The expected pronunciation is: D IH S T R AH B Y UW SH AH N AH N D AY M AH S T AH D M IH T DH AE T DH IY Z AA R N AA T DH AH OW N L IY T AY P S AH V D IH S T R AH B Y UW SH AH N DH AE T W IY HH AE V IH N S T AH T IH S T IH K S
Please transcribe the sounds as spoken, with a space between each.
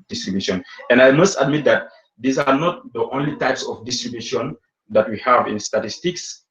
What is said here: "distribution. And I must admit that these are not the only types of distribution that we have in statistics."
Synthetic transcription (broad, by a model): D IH S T R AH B Y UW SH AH N AH N D AY M AH S T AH D M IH T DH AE T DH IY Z AA R N AA T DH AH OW N L IY T AY P S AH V D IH S T R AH B Y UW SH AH N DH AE T W IY HH AE V IH N S T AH T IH S T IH K S